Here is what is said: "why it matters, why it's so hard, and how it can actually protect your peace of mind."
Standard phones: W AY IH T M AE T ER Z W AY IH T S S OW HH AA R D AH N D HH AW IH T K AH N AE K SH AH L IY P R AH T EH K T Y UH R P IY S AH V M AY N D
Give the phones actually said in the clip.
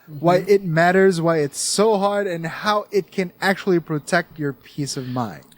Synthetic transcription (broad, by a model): W AY IH T M AE T ER Z W AY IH T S S OW HH AA R D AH N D HH AW IH T K AH N AE K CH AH L IY P R AH T EH K T Y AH R P IY S AH V M AY N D